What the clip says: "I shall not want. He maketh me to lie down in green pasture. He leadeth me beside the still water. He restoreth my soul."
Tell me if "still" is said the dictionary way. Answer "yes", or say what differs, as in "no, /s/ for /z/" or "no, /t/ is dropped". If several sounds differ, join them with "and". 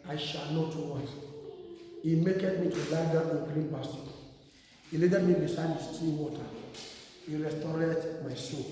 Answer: no, /n/ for /l/